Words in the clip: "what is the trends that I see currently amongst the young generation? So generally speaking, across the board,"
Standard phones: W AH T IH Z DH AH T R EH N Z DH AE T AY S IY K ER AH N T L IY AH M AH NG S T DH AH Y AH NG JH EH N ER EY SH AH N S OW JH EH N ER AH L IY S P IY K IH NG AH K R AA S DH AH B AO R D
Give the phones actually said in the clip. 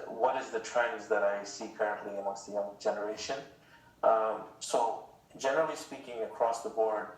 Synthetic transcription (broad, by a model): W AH T IH Z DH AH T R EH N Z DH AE T AY S IY K ER AH N T L IY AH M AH S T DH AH Y AH NG JH EH N ER EY SH AH N S OW JH EH N ER AH L IY S P IY K IH NG AH K R AA S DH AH B AO R D